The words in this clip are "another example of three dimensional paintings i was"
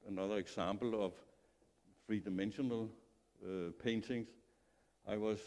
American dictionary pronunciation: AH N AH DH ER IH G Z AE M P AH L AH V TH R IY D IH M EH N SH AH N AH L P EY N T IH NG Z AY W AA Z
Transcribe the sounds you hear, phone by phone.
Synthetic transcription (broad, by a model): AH N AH DH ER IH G S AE M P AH L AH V F R IY D IH M EH N SH AH N AH L P EY N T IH NG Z AY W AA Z